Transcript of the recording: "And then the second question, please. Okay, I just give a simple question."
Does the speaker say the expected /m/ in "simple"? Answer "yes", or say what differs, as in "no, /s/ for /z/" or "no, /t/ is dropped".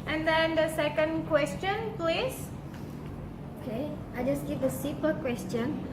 no, /m/ is dropped